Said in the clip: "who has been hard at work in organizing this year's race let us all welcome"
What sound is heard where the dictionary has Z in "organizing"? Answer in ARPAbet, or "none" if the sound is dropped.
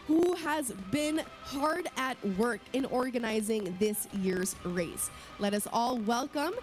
Z